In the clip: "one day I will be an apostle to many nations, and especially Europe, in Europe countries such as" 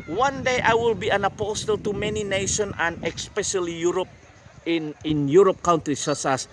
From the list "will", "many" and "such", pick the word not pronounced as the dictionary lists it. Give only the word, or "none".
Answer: such